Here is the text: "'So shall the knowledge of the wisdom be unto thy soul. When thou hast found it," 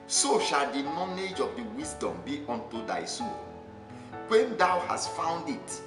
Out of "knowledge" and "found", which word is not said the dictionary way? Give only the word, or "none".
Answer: knowledge